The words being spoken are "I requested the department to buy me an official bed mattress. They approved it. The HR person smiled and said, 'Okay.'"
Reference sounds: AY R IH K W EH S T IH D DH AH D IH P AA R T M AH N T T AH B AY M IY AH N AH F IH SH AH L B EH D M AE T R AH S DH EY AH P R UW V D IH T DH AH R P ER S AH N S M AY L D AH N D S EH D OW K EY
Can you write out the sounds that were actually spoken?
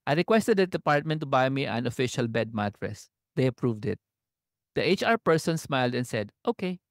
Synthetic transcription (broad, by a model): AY R IH K W EH S T IH D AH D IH P AA R T M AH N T T AH B AY M IY AH N AH F IH SH AH L B EH D M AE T R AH S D EY AH P R UW V D IH T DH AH R P ER S AH N S M AY L D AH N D S EH D OW K EY